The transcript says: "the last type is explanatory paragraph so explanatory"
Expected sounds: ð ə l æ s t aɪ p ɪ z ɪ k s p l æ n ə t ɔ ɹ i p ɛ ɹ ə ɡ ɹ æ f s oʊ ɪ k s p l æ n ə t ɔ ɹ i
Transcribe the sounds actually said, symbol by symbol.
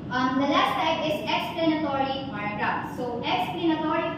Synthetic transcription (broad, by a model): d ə l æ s t aɪ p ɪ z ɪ k s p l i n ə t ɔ ɹ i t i ə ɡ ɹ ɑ p s oʊ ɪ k s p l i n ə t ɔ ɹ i